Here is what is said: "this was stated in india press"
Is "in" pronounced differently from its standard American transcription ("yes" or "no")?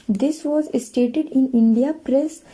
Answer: no